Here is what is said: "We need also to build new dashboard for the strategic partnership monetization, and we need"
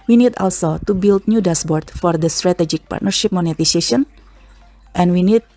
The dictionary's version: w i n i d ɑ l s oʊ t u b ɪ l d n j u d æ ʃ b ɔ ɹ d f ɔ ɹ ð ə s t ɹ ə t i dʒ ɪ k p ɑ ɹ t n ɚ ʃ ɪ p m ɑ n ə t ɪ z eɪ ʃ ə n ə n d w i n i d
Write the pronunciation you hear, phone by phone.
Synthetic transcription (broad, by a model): w i n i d ɑ l s oʊ t u b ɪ l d n j u d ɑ s b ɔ ɹ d f ɔ ɹ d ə s t ɹ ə t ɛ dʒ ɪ k p ɑ ɹ t n ɚ ʃ ɪ p m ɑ n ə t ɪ s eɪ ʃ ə n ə n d w i n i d